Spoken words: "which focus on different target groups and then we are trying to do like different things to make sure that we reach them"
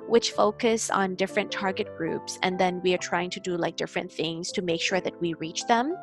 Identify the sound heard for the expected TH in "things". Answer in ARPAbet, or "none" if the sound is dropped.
TH